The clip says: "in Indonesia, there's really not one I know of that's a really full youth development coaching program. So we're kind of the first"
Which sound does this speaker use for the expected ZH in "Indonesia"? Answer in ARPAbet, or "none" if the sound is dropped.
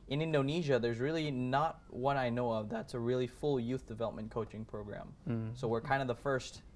ZH